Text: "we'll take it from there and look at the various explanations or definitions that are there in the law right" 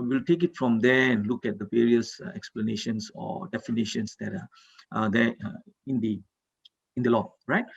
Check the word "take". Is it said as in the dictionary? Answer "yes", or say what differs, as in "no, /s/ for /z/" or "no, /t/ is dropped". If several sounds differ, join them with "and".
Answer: yes